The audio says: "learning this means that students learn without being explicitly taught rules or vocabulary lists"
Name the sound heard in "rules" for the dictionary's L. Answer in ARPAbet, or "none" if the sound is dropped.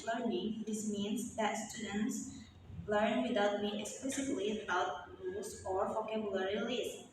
none